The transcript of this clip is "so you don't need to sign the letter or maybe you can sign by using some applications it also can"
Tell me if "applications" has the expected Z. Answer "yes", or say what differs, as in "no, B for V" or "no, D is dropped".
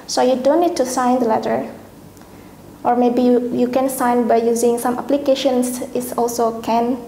no, S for Z